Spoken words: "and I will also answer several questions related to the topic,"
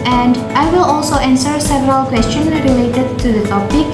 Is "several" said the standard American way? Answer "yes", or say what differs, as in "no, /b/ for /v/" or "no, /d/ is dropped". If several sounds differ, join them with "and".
yes